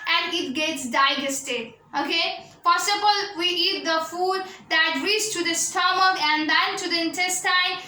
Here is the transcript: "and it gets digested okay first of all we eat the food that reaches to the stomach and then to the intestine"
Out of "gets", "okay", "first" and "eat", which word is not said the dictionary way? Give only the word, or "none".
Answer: first